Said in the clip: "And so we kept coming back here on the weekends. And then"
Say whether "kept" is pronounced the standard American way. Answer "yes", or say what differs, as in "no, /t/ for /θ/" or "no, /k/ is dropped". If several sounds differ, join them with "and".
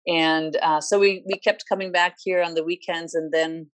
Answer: yes